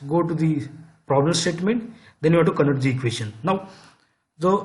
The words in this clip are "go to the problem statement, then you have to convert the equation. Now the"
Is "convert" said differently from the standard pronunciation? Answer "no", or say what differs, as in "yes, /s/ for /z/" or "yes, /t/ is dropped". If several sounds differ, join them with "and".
yes, /v/ is dropped